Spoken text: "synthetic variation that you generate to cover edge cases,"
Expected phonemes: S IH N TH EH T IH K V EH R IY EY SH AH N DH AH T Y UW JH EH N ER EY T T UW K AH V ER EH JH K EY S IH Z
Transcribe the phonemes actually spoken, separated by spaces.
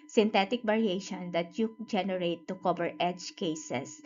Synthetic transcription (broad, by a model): S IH N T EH T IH K B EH R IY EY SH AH N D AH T Y UW JH EH N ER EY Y T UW K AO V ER EH JH K EY S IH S